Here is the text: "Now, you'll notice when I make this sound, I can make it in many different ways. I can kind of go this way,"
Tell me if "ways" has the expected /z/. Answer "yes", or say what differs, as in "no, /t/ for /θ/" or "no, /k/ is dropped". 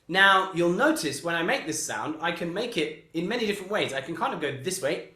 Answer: yes